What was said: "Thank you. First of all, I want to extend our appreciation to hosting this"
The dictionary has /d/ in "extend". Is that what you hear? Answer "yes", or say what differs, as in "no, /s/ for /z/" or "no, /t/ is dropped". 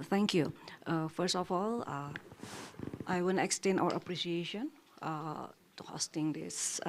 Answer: no, /d/ is dropped